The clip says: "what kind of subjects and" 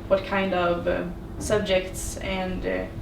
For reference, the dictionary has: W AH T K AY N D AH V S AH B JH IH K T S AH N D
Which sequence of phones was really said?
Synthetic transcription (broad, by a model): W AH T K AY N D AH V S AH B JH IH K T S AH N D